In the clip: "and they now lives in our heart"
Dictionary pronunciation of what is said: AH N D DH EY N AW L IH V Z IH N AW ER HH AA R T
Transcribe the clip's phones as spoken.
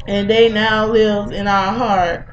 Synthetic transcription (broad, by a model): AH N DH EY N AW L IH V IH N AW ER HH AA R T